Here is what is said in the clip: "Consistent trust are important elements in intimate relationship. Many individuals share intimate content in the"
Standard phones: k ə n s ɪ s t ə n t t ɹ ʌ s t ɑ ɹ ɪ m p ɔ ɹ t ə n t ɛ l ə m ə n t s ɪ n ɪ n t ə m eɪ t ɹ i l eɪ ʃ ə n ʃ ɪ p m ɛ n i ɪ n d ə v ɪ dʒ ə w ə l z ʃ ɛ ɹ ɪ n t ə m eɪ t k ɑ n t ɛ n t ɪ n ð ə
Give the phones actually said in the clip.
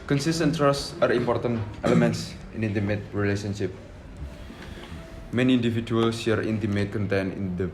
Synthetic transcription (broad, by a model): k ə n s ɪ s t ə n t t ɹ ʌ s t ɑ ɹ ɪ m p ɔ ɹ t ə n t ɛ l ə m ə n t s ɪ n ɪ n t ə m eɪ t ɹ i l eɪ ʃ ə n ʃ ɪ p m ɛ n i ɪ n d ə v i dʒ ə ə l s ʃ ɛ ɹ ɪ n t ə m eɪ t k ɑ n t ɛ n ɪ n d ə